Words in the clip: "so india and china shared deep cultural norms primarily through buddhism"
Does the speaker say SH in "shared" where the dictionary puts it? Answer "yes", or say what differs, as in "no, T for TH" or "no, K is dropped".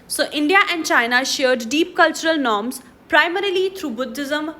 yes